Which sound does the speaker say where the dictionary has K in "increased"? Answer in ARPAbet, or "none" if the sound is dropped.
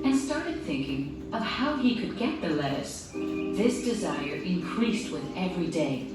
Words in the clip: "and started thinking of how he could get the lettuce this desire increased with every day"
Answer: K